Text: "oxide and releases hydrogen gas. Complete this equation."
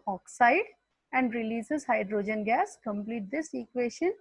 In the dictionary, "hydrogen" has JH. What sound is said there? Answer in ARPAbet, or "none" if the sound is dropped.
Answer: JH